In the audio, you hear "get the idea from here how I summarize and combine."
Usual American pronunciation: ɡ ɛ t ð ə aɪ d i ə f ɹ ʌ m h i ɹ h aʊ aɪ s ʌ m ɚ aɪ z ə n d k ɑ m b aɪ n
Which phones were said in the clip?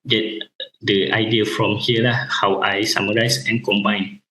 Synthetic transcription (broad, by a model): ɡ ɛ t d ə aɪ d i ə f ɹ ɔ m h i l h aʊ aɪ s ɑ m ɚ aɪ s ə n k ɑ m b aɪ n